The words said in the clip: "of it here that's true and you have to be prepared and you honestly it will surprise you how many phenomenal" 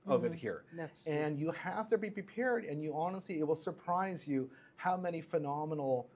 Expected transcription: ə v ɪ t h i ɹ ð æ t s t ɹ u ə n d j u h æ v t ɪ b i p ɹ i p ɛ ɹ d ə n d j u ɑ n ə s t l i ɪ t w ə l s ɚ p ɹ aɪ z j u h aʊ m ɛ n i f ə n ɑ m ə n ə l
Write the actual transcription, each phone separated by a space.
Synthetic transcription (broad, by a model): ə v ɪ t h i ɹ ɹ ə n j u h æ f t ɪ b i p ɹ i p ɛ ɹ d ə n j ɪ ɑ n ə s t l i ɪ t w ə l s ɚ p ɹ aɪ z j u h aʊ m ɛ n i f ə n ɑ m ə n l